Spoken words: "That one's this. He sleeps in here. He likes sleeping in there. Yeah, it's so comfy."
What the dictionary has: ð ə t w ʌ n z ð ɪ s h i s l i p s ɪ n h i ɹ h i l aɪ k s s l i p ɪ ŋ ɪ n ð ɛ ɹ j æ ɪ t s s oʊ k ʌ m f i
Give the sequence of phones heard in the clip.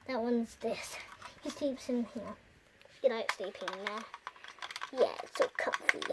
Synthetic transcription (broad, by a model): ð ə t w ʌ n z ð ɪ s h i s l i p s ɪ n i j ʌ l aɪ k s s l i p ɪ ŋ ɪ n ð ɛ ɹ j æ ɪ t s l k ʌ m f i